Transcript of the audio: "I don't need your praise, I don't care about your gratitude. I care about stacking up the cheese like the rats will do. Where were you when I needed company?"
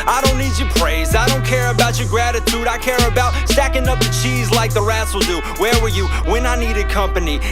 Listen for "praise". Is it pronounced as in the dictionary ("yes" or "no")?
yes